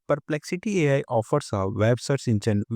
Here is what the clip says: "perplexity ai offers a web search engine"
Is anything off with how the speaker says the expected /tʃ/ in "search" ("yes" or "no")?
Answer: yes